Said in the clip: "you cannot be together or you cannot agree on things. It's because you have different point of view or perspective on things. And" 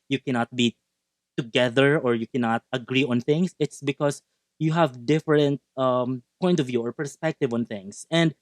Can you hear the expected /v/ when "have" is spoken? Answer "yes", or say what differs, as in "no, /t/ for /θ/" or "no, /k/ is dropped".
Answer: yes